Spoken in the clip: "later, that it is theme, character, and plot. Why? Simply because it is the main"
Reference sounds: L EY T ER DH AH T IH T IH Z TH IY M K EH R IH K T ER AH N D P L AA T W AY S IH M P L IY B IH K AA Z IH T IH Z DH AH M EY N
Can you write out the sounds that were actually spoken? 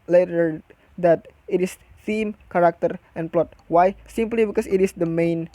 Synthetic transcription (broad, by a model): L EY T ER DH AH T IH T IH S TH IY M K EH R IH K T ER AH N P L AA T W AY S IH M P L IY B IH K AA S IH T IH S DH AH M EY N